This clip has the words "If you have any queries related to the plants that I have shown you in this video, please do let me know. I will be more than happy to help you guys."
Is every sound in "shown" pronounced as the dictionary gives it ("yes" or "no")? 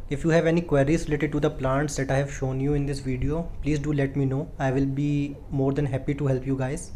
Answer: yes